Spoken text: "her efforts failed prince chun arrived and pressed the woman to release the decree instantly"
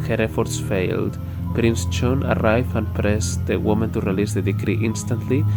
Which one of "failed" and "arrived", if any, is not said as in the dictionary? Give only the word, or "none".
arrived